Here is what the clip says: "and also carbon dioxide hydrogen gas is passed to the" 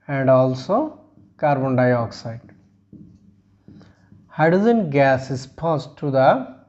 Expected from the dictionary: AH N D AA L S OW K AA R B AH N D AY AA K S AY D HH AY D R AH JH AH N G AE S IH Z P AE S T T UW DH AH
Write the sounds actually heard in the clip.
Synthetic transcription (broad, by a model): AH N D AA L S OW K AA R B AH N D AY AA K S AY D HH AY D AH Z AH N G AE S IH S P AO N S T UW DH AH